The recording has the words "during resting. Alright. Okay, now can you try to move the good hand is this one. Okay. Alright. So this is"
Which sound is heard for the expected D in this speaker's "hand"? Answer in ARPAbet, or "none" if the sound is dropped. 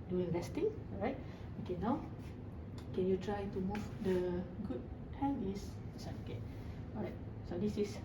none